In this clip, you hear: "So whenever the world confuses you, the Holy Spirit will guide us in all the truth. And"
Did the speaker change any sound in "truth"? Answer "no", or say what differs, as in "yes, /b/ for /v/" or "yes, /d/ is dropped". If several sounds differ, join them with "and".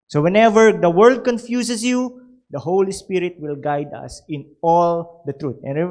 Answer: yes, /t/ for /θ/